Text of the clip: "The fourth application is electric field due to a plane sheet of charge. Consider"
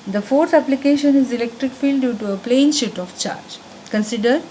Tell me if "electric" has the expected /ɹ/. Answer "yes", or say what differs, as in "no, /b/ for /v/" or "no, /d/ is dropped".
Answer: yes